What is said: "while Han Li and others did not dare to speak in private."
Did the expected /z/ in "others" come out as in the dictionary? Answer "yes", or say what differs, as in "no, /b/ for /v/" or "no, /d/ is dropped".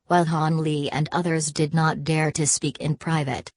yes